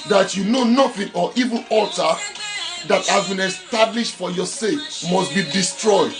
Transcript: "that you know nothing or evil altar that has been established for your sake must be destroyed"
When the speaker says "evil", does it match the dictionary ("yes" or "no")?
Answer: no